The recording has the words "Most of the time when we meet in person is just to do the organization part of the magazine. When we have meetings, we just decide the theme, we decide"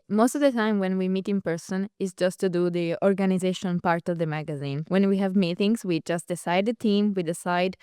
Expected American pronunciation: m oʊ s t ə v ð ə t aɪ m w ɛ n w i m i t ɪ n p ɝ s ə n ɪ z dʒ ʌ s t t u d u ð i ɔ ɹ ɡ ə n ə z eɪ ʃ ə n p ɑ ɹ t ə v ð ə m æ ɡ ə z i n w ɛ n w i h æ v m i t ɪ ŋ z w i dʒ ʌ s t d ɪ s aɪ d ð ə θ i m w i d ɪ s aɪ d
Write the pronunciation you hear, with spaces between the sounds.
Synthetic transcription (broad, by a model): m oʊ s t ə v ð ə t aɪ m w ɛ n w i m i t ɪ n p ɝ s ə n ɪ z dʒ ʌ s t t u d u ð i ɔ ɹ ɡ ə n ə z eɪ ʃ ə n p ɑ ɹ t ə v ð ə m æ ɡ ə z i n w ɛ n w i h æ v m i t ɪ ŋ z w i dʒ ʌ s t d ɪ s aɪ d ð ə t i m w i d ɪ s aɪ d